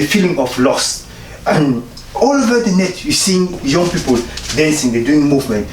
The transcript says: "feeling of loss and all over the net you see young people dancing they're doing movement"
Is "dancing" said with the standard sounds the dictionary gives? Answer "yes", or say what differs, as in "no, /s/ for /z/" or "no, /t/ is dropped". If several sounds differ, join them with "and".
yes